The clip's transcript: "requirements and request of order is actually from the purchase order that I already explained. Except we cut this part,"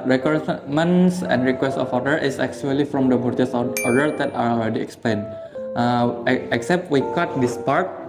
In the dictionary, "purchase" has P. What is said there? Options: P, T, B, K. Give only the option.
B